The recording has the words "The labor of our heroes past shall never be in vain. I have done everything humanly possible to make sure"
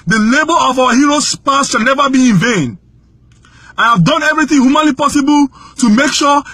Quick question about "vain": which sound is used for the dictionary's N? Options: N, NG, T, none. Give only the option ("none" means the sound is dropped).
N